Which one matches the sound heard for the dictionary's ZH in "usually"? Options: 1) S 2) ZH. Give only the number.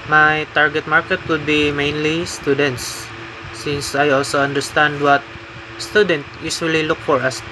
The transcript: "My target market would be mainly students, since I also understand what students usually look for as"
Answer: 1